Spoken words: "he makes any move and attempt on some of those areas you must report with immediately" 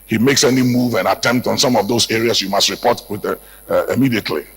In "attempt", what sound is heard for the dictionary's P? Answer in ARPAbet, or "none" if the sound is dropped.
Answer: P